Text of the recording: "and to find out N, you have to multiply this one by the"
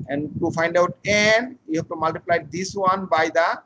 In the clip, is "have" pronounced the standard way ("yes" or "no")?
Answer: no